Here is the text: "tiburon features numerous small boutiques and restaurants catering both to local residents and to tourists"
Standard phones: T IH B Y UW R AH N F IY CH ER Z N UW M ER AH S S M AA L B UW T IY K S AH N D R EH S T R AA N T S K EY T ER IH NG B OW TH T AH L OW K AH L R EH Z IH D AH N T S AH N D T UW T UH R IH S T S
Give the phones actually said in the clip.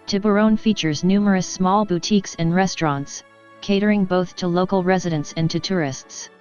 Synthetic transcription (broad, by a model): T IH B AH R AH N F IY CH ER Z N UW M ER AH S S M AA L B UW T IY K S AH N R EH S T R AA N T S K EY T ER IH NG B OW TH T AH L OW K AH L R EH Z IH D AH N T S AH N T UW T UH R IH S T S